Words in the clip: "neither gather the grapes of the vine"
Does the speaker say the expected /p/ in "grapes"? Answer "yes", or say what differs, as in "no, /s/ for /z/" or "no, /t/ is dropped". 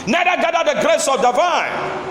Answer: no, /p/ is dropped